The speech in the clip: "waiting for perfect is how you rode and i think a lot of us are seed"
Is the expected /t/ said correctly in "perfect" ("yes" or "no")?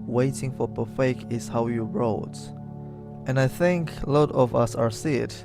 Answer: no